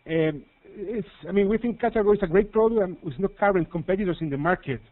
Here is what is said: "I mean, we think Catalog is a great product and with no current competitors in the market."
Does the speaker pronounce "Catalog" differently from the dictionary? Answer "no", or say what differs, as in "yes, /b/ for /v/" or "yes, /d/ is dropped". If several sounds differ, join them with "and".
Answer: yes, /ɡ/ is dropped